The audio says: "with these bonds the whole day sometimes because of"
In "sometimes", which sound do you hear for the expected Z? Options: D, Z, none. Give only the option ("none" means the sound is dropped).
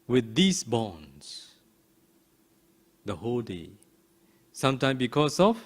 none